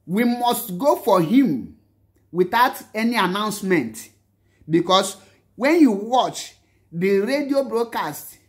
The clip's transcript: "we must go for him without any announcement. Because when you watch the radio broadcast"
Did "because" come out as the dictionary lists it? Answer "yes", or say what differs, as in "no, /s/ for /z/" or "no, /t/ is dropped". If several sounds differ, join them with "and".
no, /s/ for /z/